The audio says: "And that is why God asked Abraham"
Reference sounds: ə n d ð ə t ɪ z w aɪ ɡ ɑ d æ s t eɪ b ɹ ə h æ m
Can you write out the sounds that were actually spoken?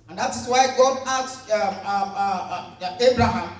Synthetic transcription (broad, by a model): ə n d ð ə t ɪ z w aɪ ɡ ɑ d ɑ t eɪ b ɹ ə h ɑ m